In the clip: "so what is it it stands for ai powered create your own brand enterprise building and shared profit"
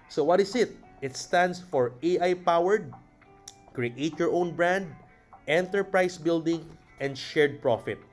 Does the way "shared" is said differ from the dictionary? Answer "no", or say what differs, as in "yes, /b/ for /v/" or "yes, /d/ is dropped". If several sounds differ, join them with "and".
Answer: no